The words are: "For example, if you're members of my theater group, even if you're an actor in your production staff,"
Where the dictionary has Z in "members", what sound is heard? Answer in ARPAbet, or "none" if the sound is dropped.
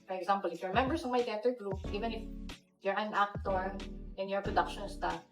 S